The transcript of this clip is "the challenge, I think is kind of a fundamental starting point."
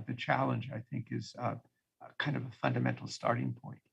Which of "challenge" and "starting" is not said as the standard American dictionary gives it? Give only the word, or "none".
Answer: none